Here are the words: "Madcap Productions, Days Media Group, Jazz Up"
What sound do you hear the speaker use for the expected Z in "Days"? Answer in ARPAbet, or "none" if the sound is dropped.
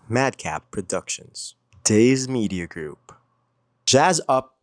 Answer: Z